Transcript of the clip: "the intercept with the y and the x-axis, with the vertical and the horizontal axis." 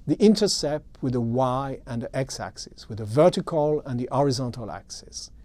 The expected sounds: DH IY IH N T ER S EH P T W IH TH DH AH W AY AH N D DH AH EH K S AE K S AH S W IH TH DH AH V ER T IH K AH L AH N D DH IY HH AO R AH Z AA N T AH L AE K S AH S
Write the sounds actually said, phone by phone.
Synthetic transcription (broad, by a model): DH IY IH N T ER S EH P T W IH DH AH W AY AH N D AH EH K S AE K S AH S W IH DH AH V ER T IH K AH L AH N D DH IY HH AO R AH Z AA N T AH L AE K S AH S